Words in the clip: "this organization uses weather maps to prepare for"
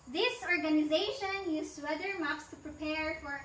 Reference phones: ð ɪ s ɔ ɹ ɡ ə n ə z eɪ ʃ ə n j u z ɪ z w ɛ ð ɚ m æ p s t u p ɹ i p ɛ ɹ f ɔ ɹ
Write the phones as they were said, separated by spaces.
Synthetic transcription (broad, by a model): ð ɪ s ɔ ɹ ɡ ə n ə z eɪ ʃ ə n j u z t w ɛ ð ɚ m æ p s t u p ɹ i p ɛ ɹ f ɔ ɹ